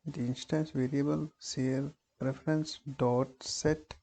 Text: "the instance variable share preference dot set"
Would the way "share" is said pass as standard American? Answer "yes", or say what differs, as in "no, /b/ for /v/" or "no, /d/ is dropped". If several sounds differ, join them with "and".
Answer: no, /s/ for /ʃ/